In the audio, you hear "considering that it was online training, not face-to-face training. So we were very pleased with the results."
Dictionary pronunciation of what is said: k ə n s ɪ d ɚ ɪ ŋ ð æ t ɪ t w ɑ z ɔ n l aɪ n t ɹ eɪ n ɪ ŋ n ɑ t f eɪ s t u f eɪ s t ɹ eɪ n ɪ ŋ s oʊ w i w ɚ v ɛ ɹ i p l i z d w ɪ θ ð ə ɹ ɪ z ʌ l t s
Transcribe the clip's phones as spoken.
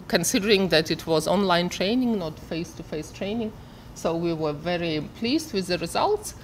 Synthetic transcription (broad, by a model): k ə n s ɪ d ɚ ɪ ŋ ð æ t ɪ t w ɑ z ɔ n l aɪ n t ɹ eɪ n ɪ ŋ n ɑ t f eɪ s t u f eɪ s t ɹ eɪ n ɪ ŋ s oʊ w i w ɚ v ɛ ɹ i p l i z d w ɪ ð ə ɹ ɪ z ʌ l t s